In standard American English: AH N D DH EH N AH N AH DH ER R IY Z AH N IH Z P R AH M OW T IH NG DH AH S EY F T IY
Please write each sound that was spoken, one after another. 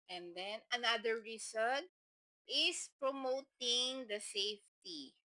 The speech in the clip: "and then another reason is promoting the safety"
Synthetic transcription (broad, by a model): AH N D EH N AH N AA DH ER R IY S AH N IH S P R AH M OW T IH NG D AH S EY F T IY